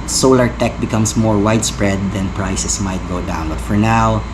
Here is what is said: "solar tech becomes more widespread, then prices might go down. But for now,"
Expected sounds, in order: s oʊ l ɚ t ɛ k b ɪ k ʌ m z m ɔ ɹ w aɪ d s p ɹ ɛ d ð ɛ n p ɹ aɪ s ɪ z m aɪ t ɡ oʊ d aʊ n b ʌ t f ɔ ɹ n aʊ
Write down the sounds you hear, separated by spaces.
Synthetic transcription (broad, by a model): s oʊ l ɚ t ɛ k b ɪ k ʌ m s m ɔ ɹ w aɪ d s p ɹ ɛ d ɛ n p ɹ aɪ s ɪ s m aɪ t ɡ oʊ d aʊ n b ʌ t f ɔ ɹ n aʊ